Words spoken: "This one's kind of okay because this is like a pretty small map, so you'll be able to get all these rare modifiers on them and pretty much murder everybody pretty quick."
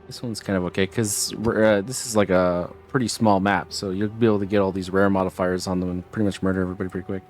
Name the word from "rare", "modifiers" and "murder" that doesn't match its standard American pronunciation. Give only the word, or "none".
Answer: none